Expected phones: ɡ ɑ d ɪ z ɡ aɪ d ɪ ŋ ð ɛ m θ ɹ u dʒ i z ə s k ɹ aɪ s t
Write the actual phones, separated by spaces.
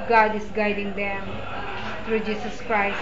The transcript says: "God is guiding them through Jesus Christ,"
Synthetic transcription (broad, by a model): ɡ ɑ d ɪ s ɡ aɪ d ɪ ŋ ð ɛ m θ ɹ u dʒ i s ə s k ɹ aɪ s